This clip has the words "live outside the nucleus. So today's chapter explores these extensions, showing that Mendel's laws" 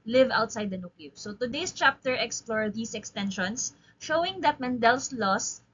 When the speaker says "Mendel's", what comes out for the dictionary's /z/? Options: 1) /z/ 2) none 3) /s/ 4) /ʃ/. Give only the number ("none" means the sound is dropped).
3